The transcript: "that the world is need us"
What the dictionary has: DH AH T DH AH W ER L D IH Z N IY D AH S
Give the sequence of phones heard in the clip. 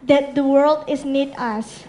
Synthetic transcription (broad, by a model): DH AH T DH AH W ER L D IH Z N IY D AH S